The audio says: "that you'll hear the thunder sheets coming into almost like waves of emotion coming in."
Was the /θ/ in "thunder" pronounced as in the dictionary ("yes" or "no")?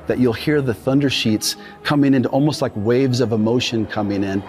yes